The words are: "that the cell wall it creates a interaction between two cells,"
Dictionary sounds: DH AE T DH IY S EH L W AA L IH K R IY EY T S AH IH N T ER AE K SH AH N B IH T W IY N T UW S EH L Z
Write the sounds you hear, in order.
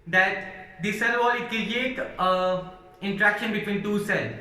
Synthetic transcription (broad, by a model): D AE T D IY S EH L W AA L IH K R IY EY T AH IH N T ER AE K SH AH N B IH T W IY N T UW S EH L